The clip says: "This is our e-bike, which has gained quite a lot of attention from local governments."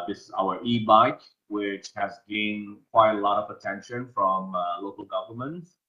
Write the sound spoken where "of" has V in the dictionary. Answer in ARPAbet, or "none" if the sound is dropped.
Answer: V